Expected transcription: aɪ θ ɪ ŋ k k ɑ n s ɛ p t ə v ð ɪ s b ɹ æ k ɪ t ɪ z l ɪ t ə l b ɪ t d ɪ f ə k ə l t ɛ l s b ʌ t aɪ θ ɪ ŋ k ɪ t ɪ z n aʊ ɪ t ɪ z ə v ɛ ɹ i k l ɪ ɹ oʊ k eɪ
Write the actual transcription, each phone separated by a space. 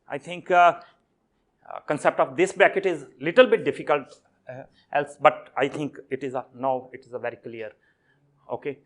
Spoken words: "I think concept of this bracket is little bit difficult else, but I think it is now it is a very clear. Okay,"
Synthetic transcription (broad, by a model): aɪ t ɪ ŋ k k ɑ n s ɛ p t ə v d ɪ s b æ k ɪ t ɪ z l ɪ t ə l b ɪ t d ɪ f ə k ə l t ɛ l s b ʌ t aɪ t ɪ ŋ k ɪ t ɪ z n aʊ ɪ t ɪ z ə v ɛ ɹ i k l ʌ ɹ oʊ k eɪ